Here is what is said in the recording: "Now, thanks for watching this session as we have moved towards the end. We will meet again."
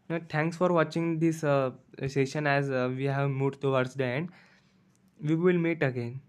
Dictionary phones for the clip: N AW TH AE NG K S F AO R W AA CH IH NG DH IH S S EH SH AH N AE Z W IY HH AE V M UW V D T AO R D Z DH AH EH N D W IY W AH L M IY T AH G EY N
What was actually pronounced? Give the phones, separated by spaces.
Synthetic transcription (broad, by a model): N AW T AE NG K S F AO R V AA CH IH NG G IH S S EH SH AH N AE Z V IY HH AE V M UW D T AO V D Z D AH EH N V IY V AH L M IY T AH G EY N